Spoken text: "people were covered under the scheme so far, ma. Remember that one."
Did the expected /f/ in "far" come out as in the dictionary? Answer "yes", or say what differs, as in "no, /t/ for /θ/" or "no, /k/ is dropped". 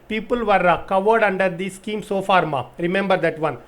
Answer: yes